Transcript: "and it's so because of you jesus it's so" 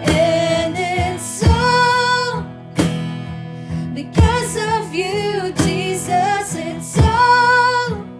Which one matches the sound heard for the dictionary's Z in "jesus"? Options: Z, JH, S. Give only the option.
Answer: Z